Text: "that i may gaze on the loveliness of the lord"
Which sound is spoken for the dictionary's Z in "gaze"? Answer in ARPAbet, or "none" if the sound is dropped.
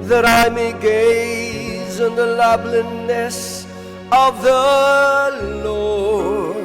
Z